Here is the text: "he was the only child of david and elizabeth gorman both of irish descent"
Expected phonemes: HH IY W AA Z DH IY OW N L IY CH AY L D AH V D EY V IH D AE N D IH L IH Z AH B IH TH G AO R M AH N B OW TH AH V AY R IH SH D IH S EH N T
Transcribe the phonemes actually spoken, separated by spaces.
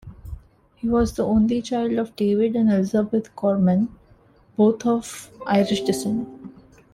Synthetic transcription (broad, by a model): HH IY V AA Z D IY OW N L IY CH AY L D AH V D EY V IH D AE N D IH L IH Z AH B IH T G AO R M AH N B OW T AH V AY R IH SH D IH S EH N